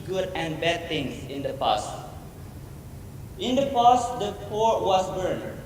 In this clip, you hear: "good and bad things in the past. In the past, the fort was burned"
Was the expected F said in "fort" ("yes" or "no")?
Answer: no